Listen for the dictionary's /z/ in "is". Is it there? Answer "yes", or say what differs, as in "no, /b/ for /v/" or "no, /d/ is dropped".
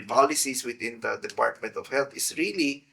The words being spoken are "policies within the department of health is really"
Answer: no, /s/ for /z/